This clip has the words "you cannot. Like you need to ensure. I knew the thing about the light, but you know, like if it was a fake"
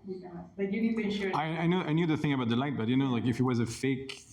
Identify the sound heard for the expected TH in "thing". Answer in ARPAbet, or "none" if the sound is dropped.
TH